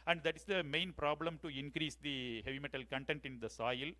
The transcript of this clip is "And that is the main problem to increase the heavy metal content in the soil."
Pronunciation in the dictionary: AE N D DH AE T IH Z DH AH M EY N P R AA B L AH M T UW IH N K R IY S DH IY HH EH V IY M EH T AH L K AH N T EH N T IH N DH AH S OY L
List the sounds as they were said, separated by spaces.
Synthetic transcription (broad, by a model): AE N D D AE T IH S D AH M EY N P R AA B L AH M T UW IH N K R IY S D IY HH EH V IY M EH T AH L K AH N T EH N T IH N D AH S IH L